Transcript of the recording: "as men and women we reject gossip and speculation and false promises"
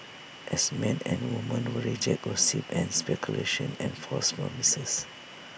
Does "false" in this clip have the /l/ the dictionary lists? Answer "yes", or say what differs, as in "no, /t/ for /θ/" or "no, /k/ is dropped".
no, /l/ is dropped